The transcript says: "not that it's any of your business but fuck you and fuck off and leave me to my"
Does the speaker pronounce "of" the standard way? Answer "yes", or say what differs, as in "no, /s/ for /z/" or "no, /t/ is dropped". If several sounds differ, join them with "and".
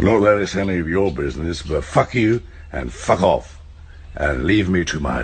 yes